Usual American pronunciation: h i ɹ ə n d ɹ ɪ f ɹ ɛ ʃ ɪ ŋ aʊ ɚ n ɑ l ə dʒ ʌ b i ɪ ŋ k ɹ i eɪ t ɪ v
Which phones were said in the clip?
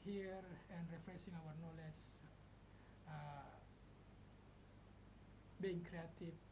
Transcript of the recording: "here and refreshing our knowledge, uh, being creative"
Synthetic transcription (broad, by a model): h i ɹ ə n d ɹ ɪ f ɹ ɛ s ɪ ŋ aʊ ɚ n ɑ l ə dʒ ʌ b i ɪ ŋ k ɹ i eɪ t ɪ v